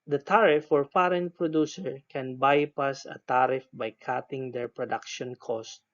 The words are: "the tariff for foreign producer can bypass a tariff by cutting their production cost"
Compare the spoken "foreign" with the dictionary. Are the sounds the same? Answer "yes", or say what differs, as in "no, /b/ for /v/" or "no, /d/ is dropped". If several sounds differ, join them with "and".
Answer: no, /p/ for /f/